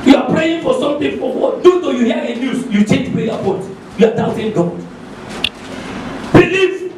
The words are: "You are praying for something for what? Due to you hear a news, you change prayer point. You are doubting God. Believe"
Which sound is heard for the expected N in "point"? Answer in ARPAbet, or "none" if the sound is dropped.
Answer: none